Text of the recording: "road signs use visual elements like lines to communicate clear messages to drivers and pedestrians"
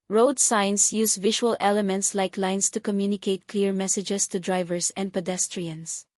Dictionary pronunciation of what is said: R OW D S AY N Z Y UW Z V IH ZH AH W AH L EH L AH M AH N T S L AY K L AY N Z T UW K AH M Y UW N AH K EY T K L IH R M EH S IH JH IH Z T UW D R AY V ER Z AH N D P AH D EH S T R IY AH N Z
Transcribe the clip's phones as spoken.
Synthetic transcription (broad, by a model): R OW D S AY N S Y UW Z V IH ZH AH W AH L EH L AH M AH N T S L AY K L AY N S T UW K AH M Y UW N AH K EY T K L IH R M EH S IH JH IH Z T UW D R AY V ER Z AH N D P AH D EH S T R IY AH N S